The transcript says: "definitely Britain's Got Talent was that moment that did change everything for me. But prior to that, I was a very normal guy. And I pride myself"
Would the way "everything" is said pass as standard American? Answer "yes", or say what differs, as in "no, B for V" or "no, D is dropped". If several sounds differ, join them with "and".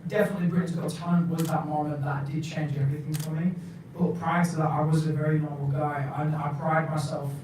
yes